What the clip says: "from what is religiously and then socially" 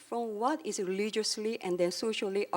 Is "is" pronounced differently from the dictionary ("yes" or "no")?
yes